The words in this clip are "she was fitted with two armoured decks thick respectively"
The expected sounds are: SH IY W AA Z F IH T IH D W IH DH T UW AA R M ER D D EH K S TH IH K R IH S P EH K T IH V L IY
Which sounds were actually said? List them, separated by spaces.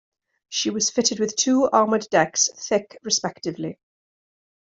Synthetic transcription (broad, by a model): SH IY W AA Z F IH T IH D W IH DH T UW AA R M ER D D EH K S TH IH K R IH S P EH K T IH V L IY